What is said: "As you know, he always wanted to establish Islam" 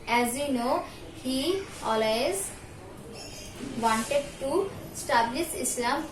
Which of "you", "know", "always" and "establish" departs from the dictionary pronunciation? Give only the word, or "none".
establish